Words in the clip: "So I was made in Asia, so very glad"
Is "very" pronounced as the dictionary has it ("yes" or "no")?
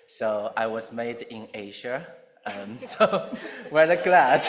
no